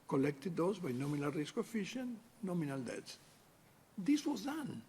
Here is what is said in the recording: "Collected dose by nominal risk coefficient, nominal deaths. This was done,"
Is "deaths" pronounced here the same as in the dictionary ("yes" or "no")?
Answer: no